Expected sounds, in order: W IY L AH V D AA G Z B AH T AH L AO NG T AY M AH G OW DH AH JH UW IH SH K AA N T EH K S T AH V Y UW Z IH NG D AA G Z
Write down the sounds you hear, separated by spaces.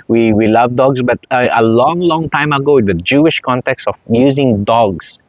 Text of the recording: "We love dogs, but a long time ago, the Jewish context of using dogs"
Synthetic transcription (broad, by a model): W IY L AH V D AA G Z B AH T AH L AO NG T AY M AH G OW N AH JH UW IH SH K AA N T EH K S T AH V Y UW Z IH NG D AA G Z